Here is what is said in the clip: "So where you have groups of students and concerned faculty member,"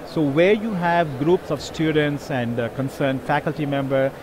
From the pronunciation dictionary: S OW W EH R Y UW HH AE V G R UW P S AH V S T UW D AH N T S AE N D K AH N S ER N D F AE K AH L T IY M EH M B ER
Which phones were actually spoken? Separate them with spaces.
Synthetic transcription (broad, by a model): S OW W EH R Y UW HH AE V G R UW P S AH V S T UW D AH N T S AE N D K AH N S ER N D F AE K AH L T IY M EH M B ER